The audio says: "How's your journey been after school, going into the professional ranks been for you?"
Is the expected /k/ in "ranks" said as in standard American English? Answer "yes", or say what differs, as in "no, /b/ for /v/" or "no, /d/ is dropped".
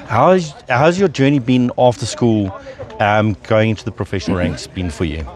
yes